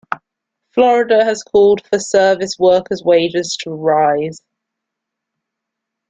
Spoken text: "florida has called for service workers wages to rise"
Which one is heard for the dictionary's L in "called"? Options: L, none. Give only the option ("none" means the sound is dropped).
L